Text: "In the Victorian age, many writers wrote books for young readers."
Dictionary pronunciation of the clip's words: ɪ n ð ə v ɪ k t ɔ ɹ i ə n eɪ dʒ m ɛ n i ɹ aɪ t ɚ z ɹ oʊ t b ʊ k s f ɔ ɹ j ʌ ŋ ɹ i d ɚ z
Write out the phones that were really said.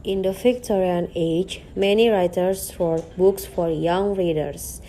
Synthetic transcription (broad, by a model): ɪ n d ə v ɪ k t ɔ ɹ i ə n eɪ dʒ m ɛ n i ɹ aɪ t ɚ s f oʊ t b ʊ k s f ɔ ɹ j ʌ ŋ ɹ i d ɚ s